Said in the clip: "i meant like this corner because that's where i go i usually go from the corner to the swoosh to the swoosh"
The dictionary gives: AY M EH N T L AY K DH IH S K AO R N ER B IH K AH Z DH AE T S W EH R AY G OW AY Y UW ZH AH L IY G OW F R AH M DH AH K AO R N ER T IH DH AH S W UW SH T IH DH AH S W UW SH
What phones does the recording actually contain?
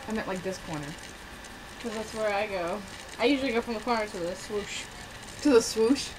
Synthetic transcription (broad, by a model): AY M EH T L AY K DH IH S K AO R N ER K AH Z DH AE T S W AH R AY G OW AY Y UW ZH L IY G OW F R AH M DH AH K AO R N ER T IH DH AH S W UW SH T IH DH AH S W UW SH